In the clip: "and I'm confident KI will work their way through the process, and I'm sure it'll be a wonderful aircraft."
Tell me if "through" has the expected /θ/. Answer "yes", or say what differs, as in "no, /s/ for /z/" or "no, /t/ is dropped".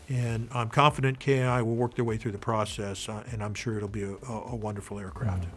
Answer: yes